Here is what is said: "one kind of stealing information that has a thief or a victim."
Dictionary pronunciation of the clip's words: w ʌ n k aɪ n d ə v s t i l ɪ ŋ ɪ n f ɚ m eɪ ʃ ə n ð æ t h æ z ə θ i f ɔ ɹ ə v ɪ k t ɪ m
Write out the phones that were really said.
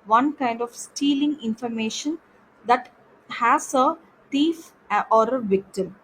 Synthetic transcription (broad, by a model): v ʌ n k aɪ n d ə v s t i l ɪ ŋ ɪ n f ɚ m eɪ ʃ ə n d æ t h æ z ə t i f ɔ ɹ ə v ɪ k t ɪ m